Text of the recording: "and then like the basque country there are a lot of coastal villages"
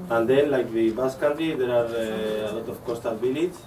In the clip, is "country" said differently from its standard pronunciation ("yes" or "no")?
yes